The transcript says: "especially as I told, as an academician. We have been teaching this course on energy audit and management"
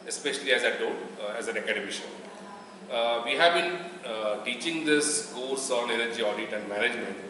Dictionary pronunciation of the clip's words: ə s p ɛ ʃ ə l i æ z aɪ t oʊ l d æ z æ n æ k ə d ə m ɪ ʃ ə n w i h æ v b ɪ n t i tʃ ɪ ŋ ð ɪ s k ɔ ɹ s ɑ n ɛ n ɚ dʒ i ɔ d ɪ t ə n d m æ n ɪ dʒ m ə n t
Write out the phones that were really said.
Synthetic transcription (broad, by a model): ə s p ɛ ʃ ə l i æ z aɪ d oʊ d æ z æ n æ k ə d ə m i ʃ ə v i h æ v b ɪ n t i tʃ ɪ ŋ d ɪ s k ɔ l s ɑ n ɛ n ɚ dʒ i ɔ d ɪ t ə n d m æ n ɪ dʒ m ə n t